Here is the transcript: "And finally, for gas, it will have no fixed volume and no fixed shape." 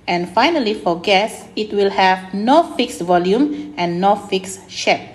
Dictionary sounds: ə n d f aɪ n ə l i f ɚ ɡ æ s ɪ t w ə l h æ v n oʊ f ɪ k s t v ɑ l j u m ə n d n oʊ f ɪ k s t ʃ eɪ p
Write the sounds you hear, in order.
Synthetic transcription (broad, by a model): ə n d f aɪ n ə l i f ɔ ɡ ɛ s ɪ t w ə l h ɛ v n oʊ f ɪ k s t v ɑ l j u m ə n n oʊ f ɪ k s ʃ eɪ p